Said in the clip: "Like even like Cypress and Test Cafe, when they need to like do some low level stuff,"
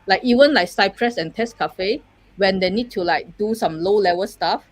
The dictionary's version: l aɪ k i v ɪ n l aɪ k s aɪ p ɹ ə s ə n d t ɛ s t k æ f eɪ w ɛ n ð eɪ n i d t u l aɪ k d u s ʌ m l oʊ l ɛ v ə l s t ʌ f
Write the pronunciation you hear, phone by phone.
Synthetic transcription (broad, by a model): l aɪ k i v ɪ n l aɪ k s aɪ p ɹ ə s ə n t ɛ s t k æ f eɪ w ɛ n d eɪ n i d t u l aɪ k d u s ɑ m l oʊ l ɛ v ə s t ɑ f